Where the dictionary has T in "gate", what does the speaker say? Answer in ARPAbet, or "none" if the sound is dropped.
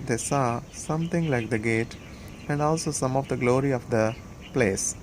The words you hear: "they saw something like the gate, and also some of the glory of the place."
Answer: T